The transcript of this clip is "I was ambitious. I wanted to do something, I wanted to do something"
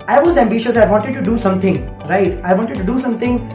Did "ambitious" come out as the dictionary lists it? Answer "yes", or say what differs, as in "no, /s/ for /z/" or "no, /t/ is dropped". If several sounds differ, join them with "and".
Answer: yes